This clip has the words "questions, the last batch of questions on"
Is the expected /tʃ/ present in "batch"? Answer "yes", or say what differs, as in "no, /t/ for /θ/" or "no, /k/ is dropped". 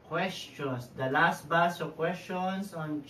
no, /s/ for /tʃ/